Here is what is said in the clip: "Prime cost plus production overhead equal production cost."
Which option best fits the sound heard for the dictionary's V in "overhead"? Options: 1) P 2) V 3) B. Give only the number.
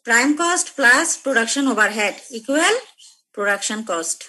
3